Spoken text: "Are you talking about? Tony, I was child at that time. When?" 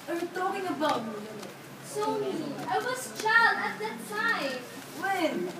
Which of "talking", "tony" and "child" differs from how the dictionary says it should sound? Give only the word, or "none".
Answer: tony